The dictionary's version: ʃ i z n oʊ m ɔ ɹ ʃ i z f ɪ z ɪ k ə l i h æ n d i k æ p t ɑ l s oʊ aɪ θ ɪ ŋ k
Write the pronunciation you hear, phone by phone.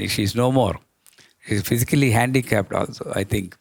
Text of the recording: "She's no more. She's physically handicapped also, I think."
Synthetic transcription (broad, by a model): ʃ i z n oʊ m ɔ ɹ ʃ i z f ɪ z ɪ k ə l i h æ n d i k æ p t ɑ l s oʊ aɪ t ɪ ŋ k